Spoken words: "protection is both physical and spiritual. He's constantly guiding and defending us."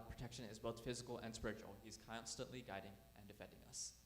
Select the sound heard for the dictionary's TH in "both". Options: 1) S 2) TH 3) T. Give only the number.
2